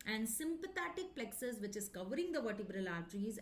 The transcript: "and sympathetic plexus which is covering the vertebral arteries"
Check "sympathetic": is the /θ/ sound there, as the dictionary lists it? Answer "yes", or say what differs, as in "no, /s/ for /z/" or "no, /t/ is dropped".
no, /t/ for /θ/